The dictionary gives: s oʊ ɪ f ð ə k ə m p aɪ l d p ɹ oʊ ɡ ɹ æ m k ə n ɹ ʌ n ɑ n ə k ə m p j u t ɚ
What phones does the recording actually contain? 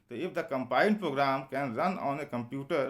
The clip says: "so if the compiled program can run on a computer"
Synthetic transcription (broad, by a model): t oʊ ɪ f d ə k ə m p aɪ n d p ɹ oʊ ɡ ɹ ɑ m k ə n ɹ ʌ n ɑ n ə k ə m p j u t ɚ